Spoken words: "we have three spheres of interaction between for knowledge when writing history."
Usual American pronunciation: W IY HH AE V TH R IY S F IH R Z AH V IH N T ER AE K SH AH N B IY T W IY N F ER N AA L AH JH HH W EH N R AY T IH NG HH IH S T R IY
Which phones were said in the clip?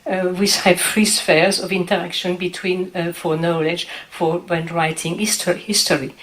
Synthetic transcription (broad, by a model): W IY HH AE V F R IY S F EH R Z AH V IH N T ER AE K SH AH N B IY T W IY N F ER N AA L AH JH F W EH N R AY T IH NG HH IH S T R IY